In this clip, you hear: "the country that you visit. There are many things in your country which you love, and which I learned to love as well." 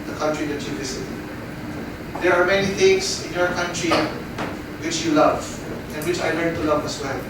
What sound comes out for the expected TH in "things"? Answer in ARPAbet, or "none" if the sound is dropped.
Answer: T